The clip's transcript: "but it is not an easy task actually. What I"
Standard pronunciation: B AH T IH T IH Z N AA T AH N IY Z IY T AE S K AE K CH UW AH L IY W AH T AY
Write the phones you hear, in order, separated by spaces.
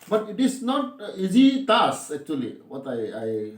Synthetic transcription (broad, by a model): B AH T IH T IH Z N AA T IY Z IY T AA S AE K CH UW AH L IY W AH T AY